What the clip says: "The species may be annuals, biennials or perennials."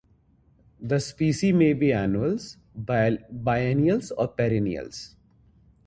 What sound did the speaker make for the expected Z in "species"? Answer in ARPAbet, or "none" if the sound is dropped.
none